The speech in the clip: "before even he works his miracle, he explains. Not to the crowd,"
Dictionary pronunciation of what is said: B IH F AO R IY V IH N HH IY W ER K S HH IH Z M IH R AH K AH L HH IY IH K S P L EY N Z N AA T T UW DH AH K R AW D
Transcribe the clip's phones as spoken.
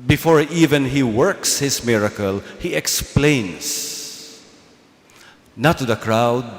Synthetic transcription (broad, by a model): B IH F AO R IY V IH N HH IY W ER K S HH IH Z M IH R AH K AH L HH IY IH K S P L EY N S N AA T T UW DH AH K R AW D